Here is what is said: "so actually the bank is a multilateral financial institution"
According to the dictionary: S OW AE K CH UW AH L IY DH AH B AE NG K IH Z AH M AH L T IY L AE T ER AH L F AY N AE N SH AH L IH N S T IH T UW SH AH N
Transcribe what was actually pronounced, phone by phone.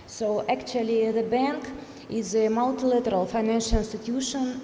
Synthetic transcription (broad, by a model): S OW AE K CH UW AH L IY DH AH B AE NG K IH Z AH M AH L T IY L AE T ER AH L F AY N AE N SH AH L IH N S T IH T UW SH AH N